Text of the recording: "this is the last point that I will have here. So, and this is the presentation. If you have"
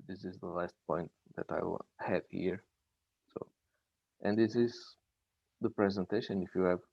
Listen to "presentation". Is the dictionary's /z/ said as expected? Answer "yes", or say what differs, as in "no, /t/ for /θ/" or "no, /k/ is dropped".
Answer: yes